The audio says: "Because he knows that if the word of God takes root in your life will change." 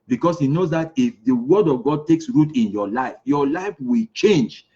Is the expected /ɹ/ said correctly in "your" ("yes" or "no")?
no